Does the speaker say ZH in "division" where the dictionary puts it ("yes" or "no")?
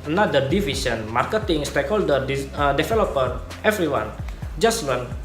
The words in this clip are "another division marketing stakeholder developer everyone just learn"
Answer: no